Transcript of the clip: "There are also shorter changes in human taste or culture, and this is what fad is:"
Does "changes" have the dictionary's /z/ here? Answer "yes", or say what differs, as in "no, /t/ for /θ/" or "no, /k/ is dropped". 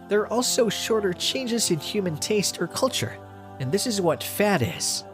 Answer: yes